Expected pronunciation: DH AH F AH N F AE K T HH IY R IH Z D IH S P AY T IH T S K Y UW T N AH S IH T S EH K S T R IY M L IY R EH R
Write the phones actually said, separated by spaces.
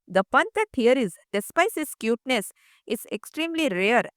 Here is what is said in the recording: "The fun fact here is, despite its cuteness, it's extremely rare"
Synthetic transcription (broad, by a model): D AH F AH N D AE T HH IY R IH Z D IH S P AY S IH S K Y UW T N AH S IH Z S EH K S T R IY M L IY R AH R